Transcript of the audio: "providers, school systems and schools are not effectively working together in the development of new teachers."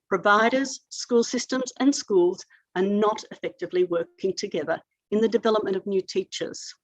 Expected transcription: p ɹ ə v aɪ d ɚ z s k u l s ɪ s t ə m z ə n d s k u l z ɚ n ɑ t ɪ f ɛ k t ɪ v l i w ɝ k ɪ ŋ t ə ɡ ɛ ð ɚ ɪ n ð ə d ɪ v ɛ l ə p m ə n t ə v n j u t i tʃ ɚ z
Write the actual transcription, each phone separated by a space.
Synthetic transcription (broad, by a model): p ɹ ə v aɪ d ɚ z s k u l s ɪ s t ə m z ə n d s k u l z ɚ n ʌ t ɪ f ɛ k t ɪ v l i w ɝ k ɪ ŋ t ə ɡ ɛ ð ɚ ɪ n ð ə d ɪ v ɛ l ə p m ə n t ə v n j u t i tʃ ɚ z